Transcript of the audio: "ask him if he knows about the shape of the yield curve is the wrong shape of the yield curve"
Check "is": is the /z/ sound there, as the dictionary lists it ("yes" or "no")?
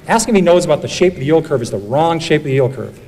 yes